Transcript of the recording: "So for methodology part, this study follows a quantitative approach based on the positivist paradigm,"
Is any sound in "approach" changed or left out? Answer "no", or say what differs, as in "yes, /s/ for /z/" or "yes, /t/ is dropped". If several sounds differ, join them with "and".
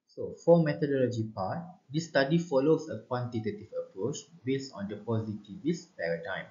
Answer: no